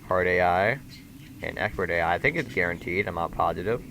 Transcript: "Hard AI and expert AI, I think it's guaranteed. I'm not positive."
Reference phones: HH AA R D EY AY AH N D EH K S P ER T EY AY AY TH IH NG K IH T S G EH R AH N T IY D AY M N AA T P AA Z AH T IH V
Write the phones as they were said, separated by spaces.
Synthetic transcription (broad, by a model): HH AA R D EY AY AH N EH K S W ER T EY AY AY TH IH NG K IH T S G EH R AH N T IY D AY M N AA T P AA Z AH T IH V